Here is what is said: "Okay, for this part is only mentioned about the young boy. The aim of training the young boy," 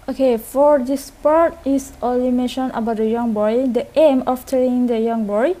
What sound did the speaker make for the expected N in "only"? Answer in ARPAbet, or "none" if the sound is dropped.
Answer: none